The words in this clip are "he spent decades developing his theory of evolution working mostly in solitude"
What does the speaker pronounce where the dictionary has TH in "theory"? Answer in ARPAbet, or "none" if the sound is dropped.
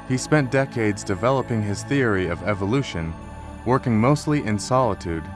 TH